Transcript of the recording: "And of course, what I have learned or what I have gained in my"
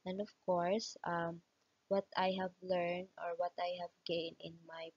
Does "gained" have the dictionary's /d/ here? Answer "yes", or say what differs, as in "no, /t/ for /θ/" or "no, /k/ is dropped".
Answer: no, /d/ is dropped